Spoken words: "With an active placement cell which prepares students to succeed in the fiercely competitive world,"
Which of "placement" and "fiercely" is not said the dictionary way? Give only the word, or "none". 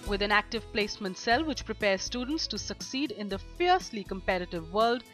none